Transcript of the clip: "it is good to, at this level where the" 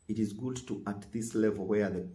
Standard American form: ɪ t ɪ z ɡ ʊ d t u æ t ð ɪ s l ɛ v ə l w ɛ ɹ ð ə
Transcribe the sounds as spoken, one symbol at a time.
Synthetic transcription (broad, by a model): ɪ t ɪ z ɡ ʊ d t u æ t ð ɪ s l ɛ v ə l w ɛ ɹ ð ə